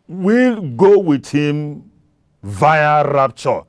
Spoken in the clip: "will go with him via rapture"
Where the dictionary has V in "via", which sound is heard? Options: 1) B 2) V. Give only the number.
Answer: 2